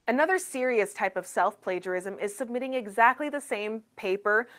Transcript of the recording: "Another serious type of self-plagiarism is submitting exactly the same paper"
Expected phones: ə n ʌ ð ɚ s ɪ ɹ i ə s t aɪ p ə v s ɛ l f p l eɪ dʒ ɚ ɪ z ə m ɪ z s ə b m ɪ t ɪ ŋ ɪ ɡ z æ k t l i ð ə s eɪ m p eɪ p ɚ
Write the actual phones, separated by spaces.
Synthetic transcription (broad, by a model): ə n ʌ ð ɚ s ɪ ɹ i ə s t aɪ p ə v s ɛ l f p l eɪ dʒ ɚ ɪ z ə m ɪ z s ə b m ɪ t ɪ ŋ ɪ ɡ z æ k t l i ð ə s eɪ m p eɪ p ɚ